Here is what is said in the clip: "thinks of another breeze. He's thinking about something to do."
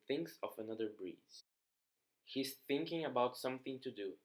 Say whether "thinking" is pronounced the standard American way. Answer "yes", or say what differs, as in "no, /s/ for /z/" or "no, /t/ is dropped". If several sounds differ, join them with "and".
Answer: yes